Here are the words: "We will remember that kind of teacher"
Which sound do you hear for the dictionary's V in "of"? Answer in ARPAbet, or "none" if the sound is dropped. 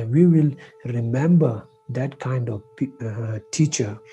P